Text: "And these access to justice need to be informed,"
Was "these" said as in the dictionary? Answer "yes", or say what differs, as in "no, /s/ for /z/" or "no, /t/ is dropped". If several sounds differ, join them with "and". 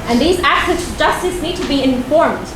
yes